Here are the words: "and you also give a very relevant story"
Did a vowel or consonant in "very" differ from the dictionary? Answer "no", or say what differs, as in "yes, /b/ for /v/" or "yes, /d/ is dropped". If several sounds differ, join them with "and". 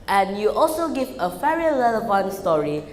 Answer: yes, /f/ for /v/